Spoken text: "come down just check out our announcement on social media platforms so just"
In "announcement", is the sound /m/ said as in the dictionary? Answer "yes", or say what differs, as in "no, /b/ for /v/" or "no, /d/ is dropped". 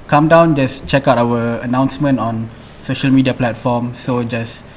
yes